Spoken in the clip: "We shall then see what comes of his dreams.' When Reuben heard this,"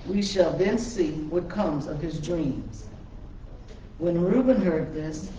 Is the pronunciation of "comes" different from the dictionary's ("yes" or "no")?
no